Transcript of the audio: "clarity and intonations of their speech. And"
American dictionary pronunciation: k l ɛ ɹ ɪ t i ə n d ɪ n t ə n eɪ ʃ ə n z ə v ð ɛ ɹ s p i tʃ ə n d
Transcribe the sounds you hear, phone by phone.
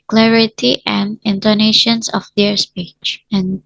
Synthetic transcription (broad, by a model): k l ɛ ɹ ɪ t i ə n d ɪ n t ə n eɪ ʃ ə n s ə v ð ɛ ɹ s p i tʃ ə n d